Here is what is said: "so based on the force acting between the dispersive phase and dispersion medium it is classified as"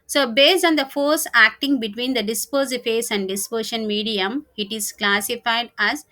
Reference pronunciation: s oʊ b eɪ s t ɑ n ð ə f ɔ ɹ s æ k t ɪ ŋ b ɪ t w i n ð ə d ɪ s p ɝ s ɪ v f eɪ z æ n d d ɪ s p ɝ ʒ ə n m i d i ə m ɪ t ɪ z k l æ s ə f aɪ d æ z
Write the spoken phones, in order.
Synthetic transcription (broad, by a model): s oʊ b eɪ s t ɑ n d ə f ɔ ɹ s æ k t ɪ ŋ b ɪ t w i n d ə d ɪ s p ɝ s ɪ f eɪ s æ n d d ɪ s p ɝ ʃ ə n m i d i ə m ɪ t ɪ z k l æ s ə f aɪ d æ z